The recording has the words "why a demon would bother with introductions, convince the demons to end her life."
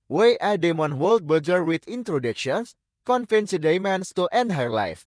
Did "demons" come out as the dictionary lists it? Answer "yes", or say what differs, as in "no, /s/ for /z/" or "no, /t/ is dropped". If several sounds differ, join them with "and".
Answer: no, /s/ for /z/